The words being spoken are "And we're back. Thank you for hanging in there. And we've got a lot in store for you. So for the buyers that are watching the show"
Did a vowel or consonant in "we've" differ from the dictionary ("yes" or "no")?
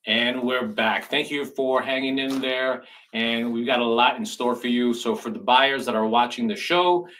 no